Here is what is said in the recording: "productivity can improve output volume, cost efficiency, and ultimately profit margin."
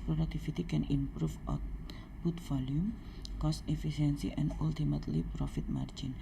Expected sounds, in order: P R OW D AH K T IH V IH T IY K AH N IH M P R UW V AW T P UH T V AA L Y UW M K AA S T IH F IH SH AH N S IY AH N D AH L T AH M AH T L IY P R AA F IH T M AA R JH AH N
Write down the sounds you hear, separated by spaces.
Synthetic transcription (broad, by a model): P R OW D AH K T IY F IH T IY K AH N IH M P R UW F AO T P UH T F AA L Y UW M K AA S T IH F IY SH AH N S IY AH N D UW L T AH M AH T L IY P R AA F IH T M AA R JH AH N